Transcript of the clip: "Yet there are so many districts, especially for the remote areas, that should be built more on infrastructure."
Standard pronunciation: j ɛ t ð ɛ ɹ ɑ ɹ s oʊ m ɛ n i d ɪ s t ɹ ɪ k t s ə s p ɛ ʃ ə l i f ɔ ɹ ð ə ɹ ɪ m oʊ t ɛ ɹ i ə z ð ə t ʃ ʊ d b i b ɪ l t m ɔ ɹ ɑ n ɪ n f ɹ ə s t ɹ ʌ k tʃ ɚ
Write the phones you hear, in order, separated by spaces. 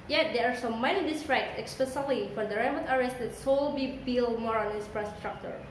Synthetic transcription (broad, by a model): j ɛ t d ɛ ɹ ɑ ɹ s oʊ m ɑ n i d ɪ s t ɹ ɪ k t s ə s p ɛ s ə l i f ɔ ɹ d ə ɹ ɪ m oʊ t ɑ ɹ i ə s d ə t s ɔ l b i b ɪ l m ɔ ɹ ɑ n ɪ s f ɹ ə s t ɹ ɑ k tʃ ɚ